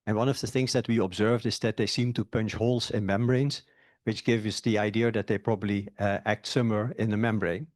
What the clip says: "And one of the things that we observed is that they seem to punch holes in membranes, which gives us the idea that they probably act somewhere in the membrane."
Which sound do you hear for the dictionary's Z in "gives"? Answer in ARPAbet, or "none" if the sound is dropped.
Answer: none